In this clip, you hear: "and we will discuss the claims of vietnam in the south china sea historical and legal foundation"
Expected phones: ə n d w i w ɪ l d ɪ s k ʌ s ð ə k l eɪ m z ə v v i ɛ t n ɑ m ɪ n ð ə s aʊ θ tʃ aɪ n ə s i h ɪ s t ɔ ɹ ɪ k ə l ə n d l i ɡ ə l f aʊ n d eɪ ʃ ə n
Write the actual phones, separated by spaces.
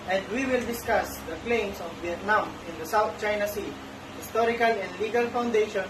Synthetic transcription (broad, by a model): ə n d w i w ɪ l d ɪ s k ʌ s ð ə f l eɪ m s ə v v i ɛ t n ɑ m ɪ n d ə s aʊ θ tʃ aɪ n ə s i h ɪ s t ɔ ɹ ɪ k ə l ə n d l i ɡ ə l f aʊ n d eɪ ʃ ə n